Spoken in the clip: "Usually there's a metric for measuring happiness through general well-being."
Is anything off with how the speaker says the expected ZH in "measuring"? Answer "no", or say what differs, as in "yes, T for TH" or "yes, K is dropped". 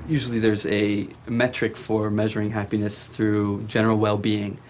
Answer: no